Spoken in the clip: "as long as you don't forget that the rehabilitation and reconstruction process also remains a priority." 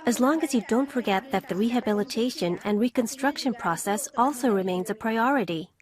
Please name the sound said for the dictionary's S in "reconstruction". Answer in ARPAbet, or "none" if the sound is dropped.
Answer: S